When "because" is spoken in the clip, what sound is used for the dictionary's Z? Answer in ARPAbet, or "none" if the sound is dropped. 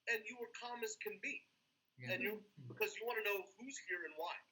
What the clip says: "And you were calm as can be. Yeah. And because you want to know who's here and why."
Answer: Z